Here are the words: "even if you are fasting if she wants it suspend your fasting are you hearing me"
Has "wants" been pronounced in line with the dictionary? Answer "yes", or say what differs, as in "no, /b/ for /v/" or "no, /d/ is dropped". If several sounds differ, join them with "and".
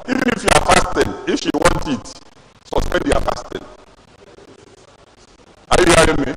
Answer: no, /s/ is dropped